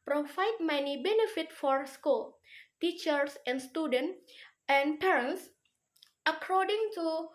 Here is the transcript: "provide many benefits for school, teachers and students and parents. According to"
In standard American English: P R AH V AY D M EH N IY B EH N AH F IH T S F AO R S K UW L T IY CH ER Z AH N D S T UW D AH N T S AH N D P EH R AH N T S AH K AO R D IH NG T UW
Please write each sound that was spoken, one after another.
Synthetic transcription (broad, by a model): P R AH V AY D M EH N IY B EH N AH F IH T F AO R S K UW L T IY CH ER S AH N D S T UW D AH N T AH N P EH R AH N S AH K AO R D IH NG T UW